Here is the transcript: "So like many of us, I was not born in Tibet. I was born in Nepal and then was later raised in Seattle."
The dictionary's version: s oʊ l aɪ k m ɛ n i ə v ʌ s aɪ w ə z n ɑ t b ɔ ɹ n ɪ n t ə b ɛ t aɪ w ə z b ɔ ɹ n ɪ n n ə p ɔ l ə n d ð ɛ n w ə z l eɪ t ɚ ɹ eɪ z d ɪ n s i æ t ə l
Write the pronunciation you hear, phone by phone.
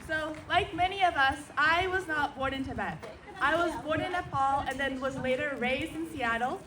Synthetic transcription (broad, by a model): s oʊ l aɪ k m ɛ n i ə v ʌ s aɪ w ə z n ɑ t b ɔ ɹ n ɪ n t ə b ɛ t aɪ w ə z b ɔ ɹ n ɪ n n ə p ɔ l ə n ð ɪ n w ə z l eɪ t ɚ ɹ eɪ z d ɪ n s i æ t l